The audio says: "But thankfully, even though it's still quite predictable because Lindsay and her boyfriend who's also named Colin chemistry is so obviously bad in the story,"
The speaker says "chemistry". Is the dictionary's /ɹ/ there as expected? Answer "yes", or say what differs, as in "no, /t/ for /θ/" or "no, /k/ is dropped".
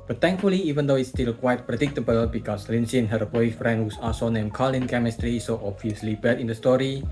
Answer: yes